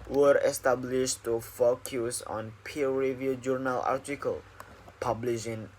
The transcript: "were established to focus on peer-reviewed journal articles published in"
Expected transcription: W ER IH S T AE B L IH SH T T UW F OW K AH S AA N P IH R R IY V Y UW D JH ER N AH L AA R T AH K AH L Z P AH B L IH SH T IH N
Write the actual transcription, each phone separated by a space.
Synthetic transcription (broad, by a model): W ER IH S T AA B L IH SH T T UW F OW K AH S AA N P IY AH R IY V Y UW JH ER N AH L AA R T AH K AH L P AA B L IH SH IH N